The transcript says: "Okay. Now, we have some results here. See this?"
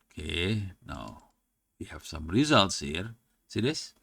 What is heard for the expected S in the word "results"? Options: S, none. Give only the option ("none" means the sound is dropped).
S